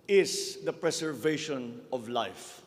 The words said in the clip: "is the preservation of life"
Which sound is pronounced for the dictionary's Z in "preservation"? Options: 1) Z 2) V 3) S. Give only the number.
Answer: 3